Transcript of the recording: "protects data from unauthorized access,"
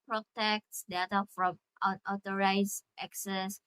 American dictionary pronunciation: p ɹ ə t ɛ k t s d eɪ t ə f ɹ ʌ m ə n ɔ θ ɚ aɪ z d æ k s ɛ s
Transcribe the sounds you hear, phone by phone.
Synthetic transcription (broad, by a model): p ɹ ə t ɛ k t s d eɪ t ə f ɹ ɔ m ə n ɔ t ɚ aɪ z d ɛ k s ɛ s